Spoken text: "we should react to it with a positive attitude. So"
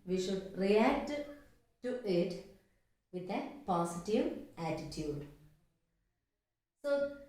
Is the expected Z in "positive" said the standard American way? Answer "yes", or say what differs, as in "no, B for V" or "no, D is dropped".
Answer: no, S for Z